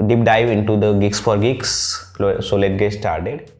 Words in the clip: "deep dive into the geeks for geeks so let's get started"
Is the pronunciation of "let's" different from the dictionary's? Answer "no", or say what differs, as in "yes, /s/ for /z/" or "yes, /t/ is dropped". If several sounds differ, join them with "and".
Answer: yes, /s/ is dropped